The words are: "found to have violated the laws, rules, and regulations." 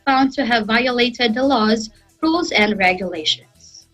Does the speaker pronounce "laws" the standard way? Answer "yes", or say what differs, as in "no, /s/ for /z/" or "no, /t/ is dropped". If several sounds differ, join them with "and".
yes